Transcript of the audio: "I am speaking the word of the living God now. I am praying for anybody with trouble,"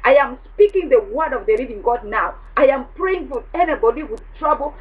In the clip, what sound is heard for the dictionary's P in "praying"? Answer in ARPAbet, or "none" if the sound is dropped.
P